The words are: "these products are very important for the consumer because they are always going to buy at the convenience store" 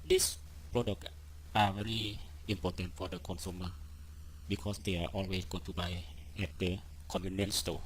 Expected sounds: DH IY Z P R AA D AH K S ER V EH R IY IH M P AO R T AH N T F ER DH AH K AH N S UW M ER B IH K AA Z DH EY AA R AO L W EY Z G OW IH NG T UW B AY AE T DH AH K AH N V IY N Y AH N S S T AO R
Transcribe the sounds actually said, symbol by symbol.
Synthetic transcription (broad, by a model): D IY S P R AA D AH K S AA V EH R IY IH M P AO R T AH N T F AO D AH K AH N S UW M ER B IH K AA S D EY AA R AO L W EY S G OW T UW B AY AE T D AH K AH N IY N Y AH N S S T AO